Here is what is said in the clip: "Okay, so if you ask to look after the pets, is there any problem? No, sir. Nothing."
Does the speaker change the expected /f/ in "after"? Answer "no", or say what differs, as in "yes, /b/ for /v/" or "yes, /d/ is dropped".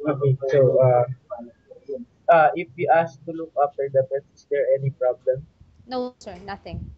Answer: yes, /p/ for /f/